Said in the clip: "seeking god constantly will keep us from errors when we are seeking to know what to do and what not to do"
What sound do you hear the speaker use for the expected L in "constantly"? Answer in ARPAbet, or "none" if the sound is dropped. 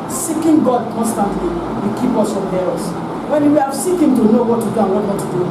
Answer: L